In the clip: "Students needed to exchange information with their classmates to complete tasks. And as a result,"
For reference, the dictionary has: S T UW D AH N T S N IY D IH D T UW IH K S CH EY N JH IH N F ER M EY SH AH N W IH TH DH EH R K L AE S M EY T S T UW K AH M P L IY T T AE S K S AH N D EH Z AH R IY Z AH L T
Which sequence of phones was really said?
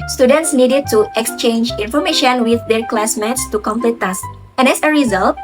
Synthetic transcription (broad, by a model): S T UW D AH N T S N IY D IH D T UW IH K S CH EY N JH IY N F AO M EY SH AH N W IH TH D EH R K L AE S M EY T S T UW K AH M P L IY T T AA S S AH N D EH S AH R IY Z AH L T